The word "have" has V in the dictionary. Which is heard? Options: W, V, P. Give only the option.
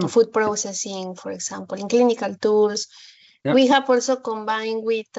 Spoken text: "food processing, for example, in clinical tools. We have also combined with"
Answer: P